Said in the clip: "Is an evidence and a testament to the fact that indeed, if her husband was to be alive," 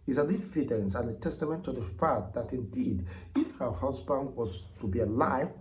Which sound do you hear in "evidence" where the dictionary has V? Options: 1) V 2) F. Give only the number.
2